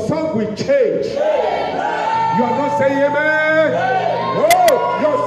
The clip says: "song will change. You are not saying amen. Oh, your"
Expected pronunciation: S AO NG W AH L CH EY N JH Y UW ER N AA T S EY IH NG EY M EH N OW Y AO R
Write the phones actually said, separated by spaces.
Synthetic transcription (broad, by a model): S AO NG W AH CH EY N JH Y UW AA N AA S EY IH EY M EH OW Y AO